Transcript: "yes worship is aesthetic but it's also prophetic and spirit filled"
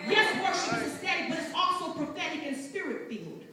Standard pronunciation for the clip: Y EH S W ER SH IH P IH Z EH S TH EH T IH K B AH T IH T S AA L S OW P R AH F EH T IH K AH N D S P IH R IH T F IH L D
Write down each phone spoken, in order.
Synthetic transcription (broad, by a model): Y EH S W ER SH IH IH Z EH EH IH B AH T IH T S AA L S OW P R AH F EH T IH K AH N S P IH R IH T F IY L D